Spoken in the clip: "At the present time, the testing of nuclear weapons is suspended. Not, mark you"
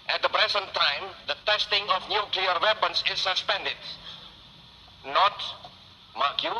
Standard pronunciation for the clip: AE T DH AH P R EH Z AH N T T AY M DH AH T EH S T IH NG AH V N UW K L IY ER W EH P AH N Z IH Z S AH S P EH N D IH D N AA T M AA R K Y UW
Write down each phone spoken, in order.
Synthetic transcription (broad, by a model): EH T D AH B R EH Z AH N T T AY M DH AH T EH S T IH NG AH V N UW K L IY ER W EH P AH N S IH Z S AH S P EH N D IH D N AA T M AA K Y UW